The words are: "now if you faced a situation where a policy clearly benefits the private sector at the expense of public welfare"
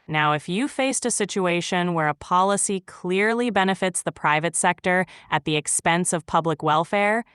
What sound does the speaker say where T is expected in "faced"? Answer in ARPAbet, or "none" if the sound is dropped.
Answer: T